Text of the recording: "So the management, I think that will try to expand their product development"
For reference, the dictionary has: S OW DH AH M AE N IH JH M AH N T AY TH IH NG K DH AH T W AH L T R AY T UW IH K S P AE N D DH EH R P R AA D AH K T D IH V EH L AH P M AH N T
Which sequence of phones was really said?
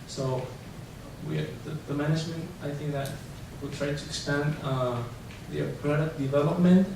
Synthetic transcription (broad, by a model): S OW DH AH M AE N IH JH M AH N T AY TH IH NG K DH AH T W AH T R AY T UW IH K S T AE N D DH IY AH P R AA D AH T D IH V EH L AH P M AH N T